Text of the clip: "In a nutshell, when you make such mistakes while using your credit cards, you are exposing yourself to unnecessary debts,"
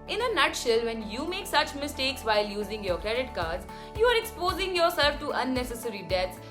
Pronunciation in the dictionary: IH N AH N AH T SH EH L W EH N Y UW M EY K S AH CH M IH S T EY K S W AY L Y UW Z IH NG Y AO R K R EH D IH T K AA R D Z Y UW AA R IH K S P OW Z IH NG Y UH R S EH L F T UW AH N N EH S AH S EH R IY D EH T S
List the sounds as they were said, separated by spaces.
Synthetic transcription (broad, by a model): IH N AH N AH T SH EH L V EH N Y UW M EY K S AH CH M IH S T EY K S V AY L Y UW Z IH NG Y AO R K R EH D IH T K AA R D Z Y UW AA R IH K S P OW Z IH NG Y UH R S EH L F T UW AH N N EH S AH S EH R IY D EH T S